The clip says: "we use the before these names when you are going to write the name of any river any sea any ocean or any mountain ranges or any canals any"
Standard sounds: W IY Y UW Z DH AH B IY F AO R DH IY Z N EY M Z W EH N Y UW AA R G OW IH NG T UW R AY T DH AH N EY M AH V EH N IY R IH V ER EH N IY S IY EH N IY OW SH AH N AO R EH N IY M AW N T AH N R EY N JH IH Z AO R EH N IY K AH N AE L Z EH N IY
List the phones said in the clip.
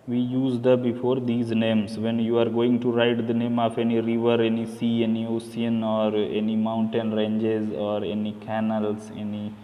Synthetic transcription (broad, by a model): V IY Y UW Z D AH B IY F AO R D IY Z N EY M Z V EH N Y UW AA R G OW IH NG T UW R AY T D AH N EY M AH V EH N IY R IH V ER EH N IY S IY EH N IY OW S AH N AO R EH N IY M AW N T AH N R EY N JH IH Z AO R EH N IY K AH N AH L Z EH N IY